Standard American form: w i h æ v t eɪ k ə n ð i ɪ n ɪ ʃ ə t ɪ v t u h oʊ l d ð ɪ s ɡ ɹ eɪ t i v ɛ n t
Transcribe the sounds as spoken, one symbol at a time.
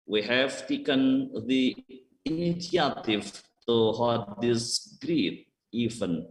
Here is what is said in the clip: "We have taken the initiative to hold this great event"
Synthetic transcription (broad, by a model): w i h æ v t eɪ k ə n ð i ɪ n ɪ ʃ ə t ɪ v t u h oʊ d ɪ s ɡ ɹ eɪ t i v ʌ n